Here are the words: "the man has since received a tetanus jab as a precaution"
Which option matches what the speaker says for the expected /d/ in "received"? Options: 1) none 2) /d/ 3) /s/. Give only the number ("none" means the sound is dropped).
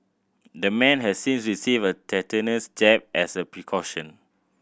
1